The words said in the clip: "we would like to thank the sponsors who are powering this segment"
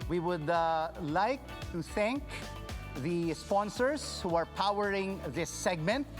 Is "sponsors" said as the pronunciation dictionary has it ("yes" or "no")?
no